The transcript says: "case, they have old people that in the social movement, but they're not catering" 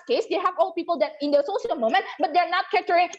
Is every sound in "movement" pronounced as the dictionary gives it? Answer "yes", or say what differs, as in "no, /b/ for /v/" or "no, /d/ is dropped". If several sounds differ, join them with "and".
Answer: no, /v/ is dropped